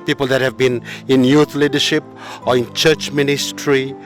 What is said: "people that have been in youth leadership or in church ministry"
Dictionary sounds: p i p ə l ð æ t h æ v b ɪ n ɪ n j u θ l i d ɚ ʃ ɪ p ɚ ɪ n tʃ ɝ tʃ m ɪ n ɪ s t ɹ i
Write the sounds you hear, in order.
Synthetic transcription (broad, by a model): p i p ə l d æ t h æ v b ɪ n ɪ n j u t l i d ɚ ʃ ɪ p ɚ ɪ n tʃ ɝ tʃ m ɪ n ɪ s t ɹ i